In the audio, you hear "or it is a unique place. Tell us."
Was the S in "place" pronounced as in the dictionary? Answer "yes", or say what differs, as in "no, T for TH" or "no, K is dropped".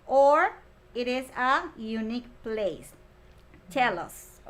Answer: yes